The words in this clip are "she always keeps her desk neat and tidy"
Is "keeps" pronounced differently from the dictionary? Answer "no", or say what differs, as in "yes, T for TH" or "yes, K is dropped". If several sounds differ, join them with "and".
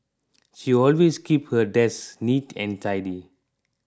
yes, S is dropped